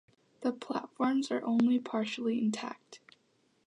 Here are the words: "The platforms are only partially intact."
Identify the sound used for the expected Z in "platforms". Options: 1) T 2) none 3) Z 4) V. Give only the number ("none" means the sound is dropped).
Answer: 3